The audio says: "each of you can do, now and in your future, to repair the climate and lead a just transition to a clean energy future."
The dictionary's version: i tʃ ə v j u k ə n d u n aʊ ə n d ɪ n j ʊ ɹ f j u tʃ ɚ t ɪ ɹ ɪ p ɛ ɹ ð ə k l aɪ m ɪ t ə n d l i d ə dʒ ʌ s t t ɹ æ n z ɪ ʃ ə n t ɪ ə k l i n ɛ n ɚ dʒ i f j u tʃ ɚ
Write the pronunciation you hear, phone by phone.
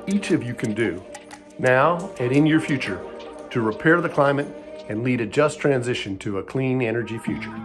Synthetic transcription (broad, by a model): i tʃ ə v j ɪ k ə n d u n aʊ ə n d ɪ n j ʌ ɹ f j u tʃ ɚ t ɪ ɹ ɪ p ɛ ɹ ð ə k l aɪ m ɪ t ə n l i d ə dʒ ʌ s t t ɹ æ n z ɪ ʃ ə n t ɪ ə k l i n ɛ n ɚ dʒ i f j u tʃ ɚ